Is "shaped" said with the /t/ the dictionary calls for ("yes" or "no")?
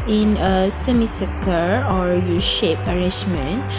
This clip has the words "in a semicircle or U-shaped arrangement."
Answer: no